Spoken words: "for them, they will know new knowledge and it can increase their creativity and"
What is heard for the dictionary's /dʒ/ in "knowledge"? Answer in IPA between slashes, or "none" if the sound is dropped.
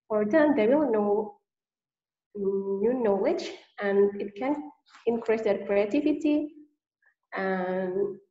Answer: /tʃ/